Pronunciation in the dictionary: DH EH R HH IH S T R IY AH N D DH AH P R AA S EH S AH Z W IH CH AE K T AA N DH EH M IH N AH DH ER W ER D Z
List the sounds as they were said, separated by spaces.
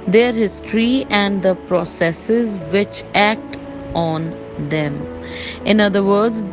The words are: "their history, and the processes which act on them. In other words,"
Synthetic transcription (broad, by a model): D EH R HH IH S T R IY AH N D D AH P R AA S EH S AH Z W IH CH AE K T AA N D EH M IH N AH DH ER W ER D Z